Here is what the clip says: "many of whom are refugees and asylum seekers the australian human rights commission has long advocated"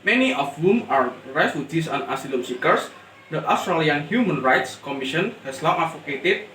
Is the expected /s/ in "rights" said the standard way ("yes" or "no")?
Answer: yes